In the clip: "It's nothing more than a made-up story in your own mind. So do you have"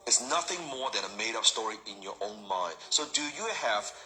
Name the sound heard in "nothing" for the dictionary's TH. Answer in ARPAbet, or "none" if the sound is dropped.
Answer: TH